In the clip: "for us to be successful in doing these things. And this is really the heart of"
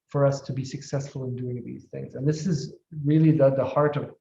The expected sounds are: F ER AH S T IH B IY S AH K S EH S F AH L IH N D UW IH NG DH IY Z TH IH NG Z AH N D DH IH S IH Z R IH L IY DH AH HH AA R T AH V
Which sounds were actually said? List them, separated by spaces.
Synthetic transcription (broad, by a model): F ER AH S T IH B IY S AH K S EH S F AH L IH N D UW IH NG DH IY Z TH IH NG Z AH N DH IH S IH Z R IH L IY DH AH HH AA R T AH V